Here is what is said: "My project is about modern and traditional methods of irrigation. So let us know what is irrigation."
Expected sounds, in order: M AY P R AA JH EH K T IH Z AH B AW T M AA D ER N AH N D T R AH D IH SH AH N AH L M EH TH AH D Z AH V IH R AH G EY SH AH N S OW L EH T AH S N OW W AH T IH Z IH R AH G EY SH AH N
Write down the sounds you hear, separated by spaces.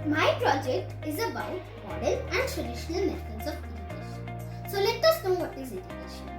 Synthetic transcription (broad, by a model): M AY P R AA JH EH K T IH Z AH B AW T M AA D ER L AH N D T R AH D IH SH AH N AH L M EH T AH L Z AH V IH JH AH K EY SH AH N S OW L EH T AH S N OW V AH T IH Z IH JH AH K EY SH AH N